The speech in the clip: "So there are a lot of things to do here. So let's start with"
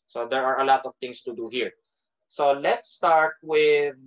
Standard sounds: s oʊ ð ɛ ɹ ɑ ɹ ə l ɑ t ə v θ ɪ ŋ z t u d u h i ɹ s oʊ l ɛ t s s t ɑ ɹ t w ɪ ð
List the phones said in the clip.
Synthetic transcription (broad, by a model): s oʊ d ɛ ɹ ɑ ɹ ə l ɑ t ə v t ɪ ŋ s t u d u h i ɹ s oʊ l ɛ t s s t ɑ ɹ t w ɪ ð